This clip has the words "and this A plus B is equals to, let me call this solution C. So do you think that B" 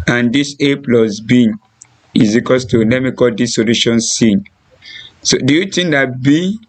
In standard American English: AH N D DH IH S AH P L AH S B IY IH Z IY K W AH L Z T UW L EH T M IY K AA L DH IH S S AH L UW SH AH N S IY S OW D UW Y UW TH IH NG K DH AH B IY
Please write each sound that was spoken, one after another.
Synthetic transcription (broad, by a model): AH N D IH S AH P L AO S B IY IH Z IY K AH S T UW N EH M IY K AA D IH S S AH L UW SH AH N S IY S OW D UW Y UW T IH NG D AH B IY